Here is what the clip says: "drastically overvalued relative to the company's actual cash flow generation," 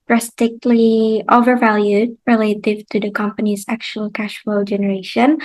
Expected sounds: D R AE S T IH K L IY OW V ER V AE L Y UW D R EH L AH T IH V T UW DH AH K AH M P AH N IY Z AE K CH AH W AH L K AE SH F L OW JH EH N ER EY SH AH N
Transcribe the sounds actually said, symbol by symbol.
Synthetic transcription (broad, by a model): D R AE S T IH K L IY OW V ER V AE L Y UW D R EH L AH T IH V T UW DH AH K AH M P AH N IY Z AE K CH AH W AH L K AE SH F L OW JH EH N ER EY SH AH N